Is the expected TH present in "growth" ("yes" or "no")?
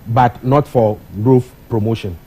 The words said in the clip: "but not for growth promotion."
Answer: no